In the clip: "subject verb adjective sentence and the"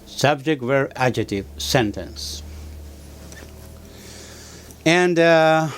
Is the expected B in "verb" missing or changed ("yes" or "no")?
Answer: yes